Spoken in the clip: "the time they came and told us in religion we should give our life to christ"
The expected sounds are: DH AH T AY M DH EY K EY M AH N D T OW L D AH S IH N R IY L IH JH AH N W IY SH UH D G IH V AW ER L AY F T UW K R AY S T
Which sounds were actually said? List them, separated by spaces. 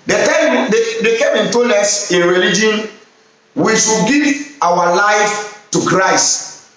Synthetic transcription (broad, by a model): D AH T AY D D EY K EY M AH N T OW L EH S IH N R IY L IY JH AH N W IY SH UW G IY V AW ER L AY F T UW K R AY S T